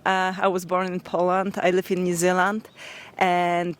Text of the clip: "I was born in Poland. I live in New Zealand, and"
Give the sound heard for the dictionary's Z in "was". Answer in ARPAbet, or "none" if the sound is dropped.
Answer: Z